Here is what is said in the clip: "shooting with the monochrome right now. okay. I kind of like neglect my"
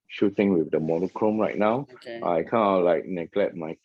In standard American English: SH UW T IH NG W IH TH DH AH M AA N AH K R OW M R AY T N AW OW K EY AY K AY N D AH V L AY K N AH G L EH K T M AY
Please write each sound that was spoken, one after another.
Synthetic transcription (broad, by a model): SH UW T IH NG W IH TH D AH M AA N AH K R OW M R AY T N AW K AY K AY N AH L AY K N AH G L EH K T M AY